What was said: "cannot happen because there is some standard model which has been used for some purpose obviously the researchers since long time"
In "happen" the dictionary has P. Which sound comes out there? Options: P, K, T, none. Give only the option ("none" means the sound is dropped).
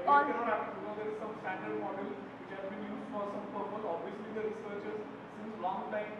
none